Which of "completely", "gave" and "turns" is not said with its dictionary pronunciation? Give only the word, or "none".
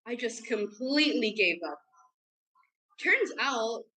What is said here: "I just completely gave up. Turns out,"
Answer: none